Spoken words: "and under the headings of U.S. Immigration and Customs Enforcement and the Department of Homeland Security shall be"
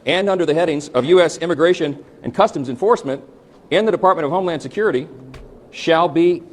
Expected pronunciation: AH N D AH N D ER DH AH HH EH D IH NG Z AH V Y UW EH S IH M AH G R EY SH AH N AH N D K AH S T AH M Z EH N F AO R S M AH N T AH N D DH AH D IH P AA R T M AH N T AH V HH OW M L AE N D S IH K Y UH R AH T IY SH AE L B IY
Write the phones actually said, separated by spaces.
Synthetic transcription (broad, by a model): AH N AH N D ER DH AH HH EH D IH NG Z AH V Y UW EH S IH M AH G R EY SH AH N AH N K AH S T AH M Z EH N F AO R S M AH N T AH N DH AH D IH P AA R T M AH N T AH V OW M L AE N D S IH K Y UH R AH T IY SH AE L B IY